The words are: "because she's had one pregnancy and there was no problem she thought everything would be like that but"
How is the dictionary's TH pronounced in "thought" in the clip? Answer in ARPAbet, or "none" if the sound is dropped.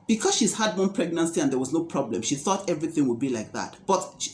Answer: TH